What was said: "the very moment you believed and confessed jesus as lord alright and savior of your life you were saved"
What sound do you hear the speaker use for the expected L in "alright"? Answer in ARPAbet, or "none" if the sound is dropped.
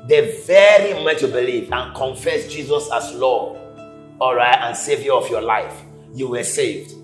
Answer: L